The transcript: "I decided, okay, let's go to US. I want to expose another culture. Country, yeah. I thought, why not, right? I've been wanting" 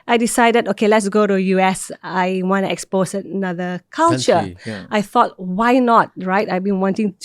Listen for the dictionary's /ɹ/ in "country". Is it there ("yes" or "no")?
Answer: no